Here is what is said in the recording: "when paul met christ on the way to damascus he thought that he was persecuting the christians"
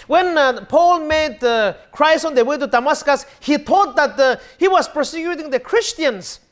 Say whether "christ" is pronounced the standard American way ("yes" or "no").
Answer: no